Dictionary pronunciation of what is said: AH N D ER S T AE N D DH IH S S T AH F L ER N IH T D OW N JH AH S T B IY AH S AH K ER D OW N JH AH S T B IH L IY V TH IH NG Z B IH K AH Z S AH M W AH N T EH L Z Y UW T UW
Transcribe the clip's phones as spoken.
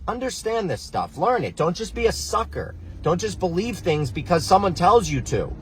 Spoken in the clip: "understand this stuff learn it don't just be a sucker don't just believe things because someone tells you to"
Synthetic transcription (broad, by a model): AH N D ER S T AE N DH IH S S T AH F L ER N IH T D OW N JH AH S B IY AH S AH K ER D OW N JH AH S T B IH L IY V TH IH NG Z B IH K AH Z S AH M W AH N T EH L Z Y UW T UW